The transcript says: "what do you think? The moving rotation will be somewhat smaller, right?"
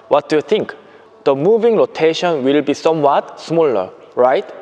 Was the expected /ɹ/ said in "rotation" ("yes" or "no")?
no